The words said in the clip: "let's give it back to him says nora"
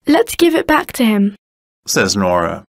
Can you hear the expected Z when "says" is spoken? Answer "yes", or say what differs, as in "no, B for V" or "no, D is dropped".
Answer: yes